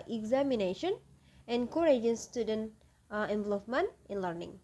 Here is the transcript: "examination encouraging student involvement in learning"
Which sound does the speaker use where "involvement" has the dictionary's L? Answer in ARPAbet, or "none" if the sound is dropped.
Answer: none